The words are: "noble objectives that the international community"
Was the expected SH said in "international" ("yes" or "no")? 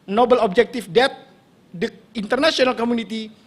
no